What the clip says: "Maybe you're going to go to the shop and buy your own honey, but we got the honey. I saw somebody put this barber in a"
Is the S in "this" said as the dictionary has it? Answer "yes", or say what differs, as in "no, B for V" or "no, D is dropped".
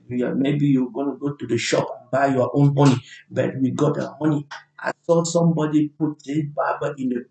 no, S is dropped